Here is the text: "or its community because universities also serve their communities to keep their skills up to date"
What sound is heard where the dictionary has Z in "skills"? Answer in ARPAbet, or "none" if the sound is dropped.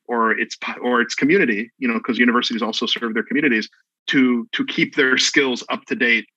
Z